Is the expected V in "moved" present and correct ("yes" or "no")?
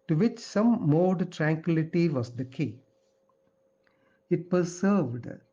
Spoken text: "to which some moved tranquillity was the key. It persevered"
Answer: no